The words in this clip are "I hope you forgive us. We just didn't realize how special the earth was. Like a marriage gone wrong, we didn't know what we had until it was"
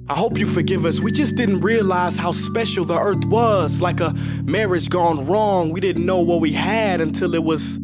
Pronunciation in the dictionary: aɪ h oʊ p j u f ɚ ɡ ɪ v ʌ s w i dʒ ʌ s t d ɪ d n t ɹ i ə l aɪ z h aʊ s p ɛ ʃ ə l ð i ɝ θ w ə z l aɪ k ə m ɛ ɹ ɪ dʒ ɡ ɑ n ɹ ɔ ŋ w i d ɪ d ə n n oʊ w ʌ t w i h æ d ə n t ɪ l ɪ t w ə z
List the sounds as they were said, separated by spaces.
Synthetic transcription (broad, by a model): aɪ h oʊ p j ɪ f ɚ ɡ ɪ v ʌ s w i dʒ ʌ s d ɪ d n t ɹ i ə l aɪ z h aʊ s p ɛ ʃ l ð i ɝ θ w ə z l aɪ k ə m ɛ ɹ ɪ dʒ ɡ ɑ n ɹ ɔ ŋ w i d ɪ d n n oʊ w ʌ t w i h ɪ d ə n t ɪ l ɪ t w ə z